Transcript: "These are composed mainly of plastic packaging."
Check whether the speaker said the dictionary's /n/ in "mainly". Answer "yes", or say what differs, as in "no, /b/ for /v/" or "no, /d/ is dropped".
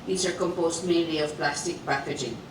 no, /n/ is dropped